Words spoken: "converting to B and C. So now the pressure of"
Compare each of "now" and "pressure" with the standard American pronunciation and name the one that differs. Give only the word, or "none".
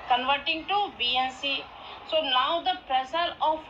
pressure